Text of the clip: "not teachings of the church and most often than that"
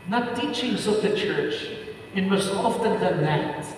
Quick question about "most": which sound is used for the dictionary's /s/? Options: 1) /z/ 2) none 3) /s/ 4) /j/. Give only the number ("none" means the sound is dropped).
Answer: 2